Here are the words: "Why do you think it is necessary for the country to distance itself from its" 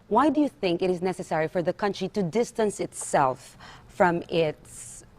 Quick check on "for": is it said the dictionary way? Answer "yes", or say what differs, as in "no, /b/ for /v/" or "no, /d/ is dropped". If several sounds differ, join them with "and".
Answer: yes